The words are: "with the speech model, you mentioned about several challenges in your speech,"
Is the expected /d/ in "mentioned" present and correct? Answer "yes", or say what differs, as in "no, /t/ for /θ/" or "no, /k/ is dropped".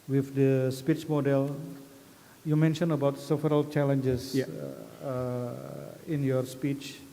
no, /d/ is dropped